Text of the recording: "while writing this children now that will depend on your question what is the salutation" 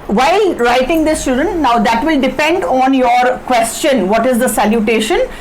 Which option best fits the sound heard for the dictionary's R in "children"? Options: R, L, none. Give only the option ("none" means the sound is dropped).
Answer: none